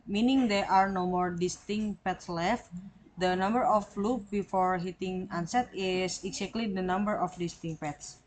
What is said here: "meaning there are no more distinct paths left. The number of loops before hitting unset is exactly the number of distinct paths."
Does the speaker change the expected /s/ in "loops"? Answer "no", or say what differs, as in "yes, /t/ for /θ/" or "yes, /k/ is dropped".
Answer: yes, /s/ is dropped